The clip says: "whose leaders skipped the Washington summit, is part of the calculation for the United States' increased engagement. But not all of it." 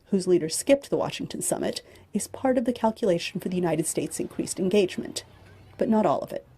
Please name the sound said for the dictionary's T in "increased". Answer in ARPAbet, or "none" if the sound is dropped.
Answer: T